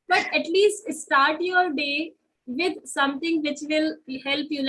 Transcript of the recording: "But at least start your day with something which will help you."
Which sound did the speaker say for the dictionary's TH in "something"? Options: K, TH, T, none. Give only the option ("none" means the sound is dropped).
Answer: T